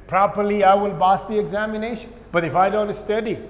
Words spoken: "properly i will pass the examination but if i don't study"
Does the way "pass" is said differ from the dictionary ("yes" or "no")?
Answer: yes